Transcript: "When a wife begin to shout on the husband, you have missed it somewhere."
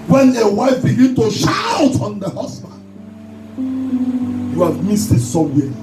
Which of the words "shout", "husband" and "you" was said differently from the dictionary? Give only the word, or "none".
husband